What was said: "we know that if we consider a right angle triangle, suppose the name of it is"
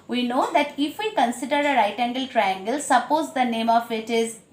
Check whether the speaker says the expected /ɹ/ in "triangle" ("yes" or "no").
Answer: yes